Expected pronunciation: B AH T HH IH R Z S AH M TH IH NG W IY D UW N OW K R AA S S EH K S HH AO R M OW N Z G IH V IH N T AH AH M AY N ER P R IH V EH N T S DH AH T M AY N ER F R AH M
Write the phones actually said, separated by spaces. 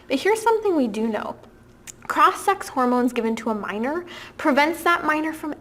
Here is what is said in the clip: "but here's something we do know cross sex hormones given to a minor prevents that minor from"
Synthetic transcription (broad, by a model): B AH T HH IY R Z S AH M TH IH NG W IY D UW N OW K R AA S S EH K S HH AO R M OW N Z G IH V IH N T AH AH M AY N ER P R IH V EH N T S DH AH T M AY N ER F R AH M